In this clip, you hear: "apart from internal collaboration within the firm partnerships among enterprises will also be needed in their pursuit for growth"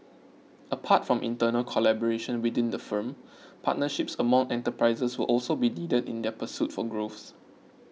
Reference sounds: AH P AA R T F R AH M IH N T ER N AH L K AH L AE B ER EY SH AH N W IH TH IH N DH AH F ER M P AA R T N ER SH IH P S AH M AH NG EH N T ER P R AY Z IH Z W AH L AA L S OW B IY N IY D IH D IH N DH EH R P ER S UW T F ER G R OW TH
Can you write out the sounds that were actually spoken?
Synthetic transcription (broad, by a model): AH P AA T F R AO M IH N T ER N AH L K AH L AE B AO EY SH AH N W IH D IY N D AH F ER M P AA T N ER SH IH P S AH M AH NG EH N T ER P R AY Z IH S W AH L AA L S OW B IY N IY D IH D IH N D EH P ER S UW T F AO G R OW S